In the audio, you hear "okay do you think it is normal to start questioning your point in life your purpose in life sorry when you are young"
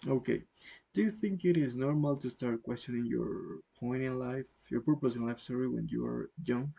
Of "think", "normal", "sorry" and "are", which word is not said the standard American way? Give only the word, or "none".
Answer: none